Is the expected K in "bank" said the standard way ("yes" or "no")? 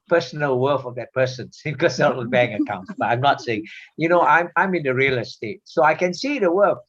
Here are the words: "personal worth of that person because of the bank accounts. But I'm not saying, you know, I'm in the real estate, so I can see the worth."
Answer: no